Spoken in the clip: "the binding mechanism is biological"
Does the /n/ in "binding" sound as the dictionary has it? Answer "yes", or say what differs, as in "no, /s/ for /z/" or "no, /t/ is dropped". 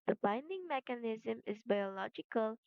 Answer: yes